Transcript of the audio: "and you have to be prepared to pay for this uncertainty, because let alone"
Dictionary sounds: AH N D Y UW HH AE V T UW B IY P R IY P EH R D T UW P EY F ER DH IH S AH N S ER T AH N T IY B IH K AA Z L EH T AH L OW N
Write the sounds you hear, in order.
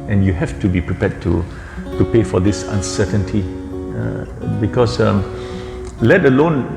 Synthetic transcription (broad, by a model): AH N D Y UW HH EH F T UW B IY P R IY P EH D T T UW P EY F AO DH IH S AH N S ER T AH N T IY B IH K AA S L EH T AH L OW N